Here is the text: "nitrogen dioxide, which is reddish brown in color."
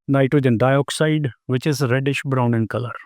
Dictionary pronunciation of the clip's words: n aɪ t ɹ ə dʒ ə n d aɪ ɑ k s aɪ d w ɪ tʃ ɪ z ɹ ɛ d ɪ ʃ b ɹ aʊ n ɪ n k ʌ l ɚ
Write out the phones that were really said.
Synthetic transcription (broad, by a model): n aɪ t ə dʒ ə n d aɪ ɑ k s aɪ d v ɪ tʃ ɪ z ɹ ɛ d ɪ ʃ b ɹ aʊ n ɪ n k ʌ l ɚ